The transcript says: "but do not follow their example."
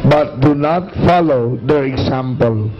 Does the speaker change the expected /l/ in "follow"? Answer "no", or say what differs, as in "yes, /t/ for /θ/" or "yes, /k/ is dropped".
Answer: no